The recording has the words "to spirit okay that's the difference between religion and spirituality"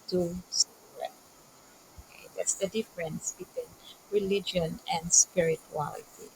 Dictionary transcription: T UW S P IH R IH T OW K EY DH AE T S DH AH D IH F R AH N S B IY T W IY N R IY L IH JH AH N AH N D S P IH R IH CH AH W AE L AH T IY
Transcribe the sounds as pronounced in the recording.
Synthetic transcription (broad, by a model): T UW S AO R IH OW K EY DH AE T S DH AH D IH F R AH N S B IY T W IY N R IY L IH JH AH N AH N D S P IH R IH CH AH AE L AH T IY